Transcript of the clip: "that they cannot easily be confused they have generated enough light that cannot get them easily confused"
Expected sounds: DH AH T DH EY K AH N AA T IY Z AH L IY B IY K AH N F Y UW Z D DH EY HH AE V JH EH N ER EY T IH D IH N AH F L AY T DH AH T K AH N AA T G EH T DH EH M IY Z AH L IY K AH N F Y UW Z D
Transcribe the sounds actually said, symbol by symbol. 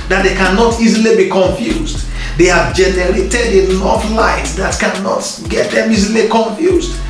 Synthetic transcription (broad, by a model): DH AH T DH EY K AH N AA T IY Z AH L IY B IY K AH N F Y UW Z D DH EY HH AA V JH EH N ER EY T IH D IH L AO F L AY T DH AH T K AH N AA T G EH T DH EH M IY Z AH L IY K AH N F Y UW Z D